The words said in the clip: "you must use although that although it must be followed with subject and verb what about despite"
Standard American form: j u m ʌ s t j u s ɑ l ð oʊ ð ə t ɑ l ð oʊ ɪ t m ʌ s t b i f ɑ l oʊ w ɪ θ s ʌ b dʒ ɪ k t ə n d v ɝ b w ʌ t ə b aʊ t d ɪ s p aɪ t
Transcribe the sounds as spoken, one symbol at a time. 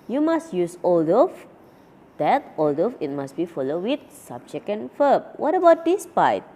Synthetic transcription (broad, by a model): j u m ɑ s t j u s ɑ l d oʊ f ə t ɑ l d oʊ ɪ t m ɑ s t b i f ɑ l oʊ w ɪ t s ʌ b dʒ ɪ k ə n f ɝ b w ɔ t ə b aʊ t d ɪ s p aɪ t